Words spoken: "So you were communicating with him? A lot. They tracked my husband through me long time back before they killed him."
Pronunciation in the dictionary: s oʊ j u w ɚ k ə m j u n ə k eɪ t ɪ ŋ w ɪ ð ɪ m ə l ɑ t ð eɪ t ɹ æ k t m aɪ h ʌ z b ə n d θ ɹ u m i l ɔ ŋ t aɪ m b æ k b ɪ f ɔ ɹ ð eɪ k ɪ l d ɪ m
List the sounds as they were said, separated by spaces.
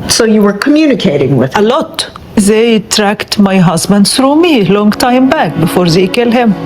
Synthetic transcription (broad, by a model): s oʊ j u w ɚ k ə m j u n ə k eɪ t ɪ ŋ w ɪ ð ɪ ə l ɑ t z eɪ t ɹ æ k t m aɪ h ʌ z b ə n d s ɹ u m i l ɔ ŋ t aɪ m b æ k b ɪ f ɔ ɹ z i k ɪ l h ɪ m